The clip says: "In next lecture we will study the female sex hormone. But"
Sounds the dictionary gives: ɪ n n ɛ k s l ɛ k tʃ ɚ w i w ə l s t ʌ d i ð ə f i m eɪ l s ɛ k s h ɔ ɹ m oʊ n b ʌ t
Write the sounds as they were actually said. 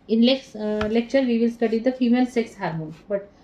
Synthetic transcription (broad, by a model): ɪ n l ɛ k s l ɛ k tʃ ɚ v i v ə l s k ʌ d i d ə f i m eɪ l s ɛ k s h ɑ ɹ m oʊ n b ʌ t